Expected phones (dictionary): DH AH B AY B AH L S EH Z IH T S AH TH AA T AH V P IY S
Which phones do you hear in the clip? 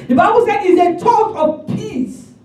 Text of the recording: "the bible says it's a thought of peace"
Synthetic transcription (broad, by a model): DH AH B AY B AH L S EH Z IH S AH T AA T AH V P IY S